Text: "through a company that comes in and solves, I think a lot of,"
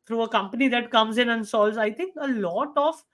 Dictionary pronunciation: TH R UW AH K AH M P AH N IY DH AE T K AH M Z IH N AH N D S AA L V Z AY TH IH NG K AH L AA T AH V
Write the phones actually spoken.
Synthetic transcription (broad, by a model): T R UW AH K AH M P AH N IY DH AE T K AH M Z IH N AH N S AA L Z AY T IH NG K AH L AA T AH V